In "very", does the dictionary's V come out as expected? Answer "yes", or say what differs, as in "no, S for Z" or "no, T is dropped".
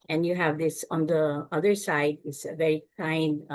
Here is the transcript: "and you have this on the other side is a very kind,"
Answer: yes